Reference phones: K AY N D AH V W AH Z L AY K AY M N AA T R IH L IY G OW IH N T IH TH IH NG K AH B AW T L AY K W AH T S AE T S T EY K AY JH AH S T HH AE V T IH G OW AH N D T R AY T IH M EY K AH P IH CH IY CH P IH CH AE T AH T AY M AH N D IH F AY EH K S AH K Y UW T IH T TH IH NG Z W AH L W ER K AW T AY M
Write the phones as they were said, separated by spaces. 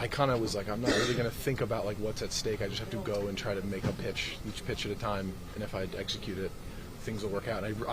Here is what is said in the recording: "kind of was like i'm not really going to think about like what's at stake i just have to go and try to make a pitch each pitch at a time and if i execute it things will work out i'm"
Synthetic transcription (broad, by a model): K AY N D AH W AH Z L AY K AY M N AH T R IH L IY G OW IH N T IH TH IH NG K AH B AW T L AY K W AH T S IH T S T EY K AY JH AH S T HH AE F T IH G OW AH N T R AY T IH M EY K AH P IH CH IY CH P IH CH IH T AH T AY M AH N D IH F AY EH K S AH K Y UW T IH T TH IH NG Z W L W ER K AW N AY